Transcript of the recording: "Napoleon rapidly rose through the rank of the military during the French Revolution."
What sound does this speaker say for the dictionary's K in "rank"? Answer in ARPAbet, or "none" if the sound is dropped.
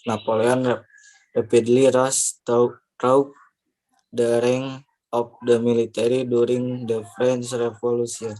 none